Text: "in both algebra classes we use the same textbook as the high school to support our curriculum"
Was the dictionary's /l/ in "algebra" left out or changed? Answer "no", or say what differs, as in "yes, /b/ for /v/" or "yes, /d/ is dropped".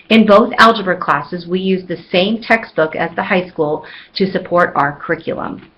no